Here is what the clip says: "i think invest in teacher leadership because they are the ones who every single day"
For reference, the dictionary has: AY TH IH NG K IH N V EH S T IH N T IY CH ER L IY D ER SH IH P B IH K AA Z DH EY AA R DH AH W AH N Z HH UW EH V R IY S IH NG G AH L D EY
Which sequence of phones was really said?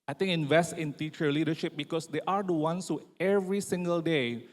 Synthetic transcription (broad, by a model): AY T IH NG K IH N V EH S T IH N T IY CH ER L IY D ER SH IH P B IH K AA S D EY AA R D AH W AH N S HH UW EH V R IY S IH NG G AH L D EY